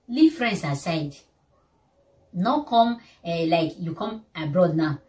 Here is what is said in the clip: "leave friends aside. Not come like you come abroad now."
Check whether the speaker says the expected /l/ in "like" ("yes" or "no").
yes